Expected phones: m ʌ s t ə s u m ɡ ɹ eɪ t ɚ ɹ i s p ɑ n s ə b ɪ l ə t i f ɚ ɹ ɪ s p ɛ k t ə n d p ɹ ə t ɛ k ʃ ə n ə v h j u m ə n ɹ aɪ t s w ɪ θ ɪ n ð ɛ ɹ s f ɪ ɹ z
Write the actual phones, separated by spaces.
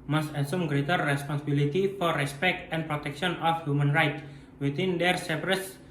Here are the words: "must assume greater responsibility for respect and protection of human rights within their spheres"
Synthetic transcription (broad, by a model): m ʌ s t ə s u m ɡ ɹ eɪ t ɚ ɹ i s p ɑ n s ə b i l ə t i f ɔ ɹ ɪ s p ɛ k t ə n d p ɹ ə t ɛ k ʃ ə n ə f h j u m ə n ɹ aɪ t w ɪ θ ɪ n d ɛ ɹ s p ɹ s